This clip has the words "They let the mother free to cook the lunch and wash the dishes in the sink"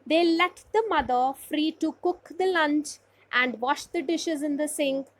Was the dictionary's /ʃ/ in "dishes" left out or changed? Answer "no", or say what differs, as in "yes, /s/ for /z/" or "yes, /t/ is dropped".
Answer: no